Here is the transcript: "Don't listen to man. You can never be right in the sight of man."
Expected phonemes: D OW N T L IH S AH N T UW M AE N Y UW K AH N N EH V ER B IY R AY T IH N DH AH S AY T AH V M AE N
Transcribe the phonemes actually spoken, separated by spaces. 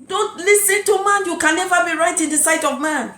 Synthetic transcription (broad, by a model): D OW N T L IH S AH N T UW M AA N Y UW K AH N N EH V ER B IY R AY T IH N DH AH S AY T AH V M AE N